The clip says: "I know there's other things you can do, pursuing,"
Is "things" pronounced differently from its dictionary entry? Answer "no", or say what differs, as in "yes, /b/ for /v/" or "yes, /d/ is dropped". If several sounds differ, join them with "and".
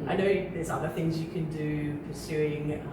no